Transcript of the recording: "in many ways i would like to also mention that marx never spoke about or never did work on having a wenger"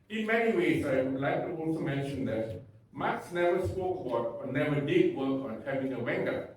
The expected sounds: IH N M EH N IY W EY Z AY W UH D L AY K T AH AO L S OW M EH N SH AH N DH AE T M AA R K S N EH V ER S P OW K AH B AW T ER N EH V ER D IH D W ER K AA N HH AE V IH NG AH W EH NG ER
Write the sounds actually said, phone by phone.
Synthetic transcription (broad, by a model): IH N M EH N IY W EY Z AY L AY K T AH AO N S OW M EH N SH AH N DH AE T M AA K S N EH V ER S P OW K AH B AW T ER N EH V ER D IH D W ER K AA N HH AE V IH NG AH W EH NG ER